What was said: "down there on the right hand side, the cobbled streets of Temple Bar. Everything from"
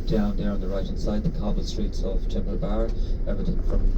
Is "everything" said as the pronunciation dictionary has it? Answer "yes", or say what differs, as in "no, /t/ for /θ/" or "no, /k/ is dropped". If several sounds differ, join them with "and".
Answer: no, /ɹ/ is dropped